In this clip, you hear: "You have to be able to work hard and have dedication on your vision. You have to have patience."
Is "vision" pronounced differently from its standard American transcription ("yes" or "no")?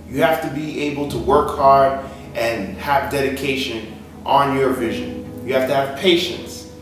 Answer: no